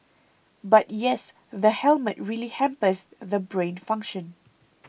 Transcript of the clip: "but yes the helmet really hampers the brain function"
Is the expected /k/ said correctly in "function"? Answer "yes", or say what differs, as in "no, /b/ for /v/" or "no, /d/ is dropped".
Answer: yes